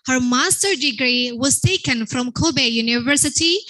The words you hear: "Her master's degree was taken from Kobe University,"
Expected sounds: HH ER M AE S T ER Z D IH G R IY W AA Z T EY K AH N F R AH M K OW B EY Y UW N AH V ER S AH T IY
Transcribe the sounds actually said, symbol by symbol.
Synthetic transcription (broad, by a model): HH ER M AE S T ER D IH G R IY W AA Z T EY K AH N F R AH M K OW B EY Y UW N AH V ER S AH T IY